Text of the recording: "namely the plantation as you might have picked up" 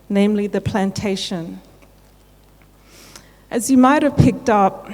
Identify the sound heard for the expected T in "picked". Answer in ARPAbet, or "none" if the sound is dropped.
T